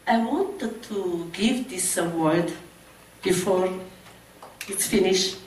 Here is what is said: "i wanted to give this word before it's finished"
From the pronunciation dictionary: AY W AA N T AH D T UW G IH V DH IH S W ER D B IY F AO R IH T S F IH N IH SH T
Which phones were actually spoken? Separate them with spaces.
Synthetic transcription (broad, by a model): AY W AA N T AH D T UW G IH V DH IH S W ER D B IY F AO R IH T S F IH N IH SH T